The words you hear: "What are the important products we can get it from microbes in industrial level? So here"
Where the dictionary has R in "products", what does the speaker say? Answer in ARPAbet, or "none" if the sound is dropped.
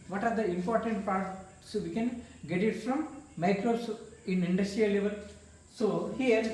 none